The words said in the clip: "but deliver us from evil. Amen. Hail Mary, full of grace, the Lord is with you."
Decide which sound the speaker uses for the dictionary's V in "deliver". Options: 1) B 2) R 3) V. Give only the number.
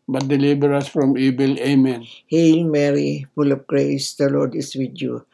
1